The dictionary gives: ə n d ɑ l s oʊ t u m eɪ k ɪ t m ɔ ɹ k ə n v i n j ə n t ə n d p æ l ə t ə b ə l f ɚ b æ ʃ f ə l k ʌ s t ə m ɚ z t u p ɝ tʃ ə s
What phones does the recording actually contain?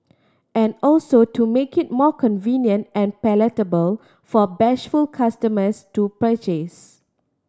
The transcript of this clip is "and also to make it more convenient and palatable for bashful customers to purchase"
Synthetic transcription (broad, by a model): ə n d ɑ l s oʊ t u m eɪ k ɪ t m ɔ k ə n v i n j ə n t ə n p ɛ l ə t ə b ə l f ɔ b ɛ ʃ f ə l k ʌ s t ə m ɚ s t u p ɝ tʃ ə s